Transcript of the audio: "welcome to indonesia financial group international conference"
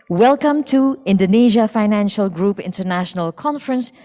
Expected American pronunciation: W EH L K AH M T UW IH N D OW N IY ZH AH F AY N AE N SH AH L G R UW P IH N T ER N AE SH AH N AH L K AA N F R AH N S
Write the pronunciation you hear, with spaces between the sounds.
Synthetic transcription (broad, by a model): W EH L K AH M T UW IH N D OW N IY ZH AH F AY N AE N SH AH L G R UW P IH N T ER N AE SH AH N AH L K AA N F R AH N S